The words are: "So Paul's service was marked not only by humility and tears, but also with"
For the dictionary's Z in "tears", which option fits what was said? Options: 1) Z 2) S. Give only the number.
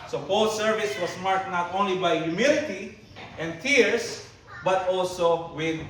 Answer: 2